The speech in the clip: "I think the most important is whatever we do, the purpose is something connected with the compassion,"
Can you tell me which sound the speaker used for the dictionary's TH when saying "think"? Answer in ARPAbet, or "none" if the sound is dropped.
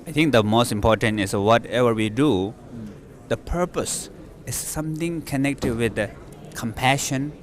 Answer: T